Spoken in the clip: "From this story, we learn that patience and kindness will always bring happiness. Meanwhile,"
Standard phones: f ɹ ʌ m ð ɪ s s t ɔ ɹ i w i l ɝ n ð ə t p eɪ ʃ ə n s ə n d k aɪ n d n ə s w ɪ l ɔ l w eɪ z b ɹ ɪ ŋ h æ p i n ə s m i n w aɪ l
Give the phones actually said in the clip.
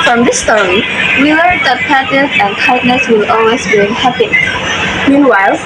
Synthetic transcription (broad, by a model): f ɹ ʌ m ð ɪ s s t ɔ ɹ i w i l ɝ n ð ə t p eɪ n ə s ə n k aɪ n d n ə s w ɪ l ɔ l w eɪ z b i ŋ h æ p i m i n w aɪ l